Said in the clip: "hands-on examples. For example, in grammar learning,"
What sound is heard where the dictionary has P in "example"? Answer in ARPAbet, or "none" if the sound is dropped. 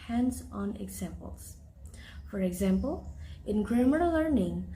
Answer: P